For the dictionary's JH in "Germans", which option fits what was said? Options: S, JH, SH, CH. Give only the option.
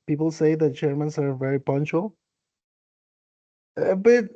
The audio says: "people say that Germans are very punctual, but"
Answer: CH